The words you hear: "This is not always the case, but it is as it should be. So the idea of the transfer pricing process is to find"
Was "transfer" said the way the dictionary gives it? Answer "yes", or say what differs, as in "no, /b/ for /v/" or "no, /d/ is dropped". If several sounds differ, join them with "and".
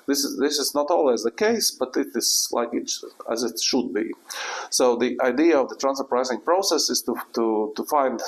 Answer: no, /f/ is dropped